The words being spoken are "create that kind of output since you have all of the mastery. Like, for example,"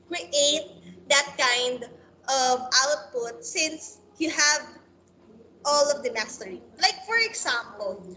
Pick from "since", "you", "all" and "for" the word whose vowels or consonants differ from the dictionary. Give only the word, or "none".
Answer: none